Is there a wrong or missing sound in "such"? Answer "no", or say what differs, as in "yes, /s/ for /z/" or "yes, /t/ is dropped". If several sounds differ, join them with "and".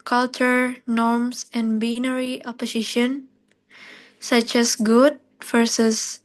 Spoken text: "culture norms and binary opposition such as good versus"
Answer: no